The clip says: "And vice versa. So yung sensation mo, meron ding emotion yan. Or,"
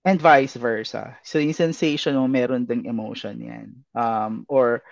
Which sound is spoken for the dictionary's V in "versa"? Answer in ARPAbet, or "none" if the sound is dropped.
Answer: V